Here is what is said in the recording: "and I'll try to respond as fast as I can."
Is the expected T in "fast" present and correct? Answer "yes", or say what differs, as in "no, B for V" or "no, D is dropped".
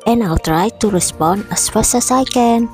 no, T is dropped